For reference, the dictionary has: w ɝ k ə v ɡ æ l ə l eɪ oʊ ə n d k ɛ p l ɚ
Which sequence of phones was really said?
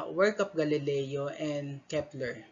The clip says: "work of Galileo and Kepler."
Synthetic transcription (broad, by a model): w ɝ k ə p ɡ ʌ l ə l eɪ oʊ ə n d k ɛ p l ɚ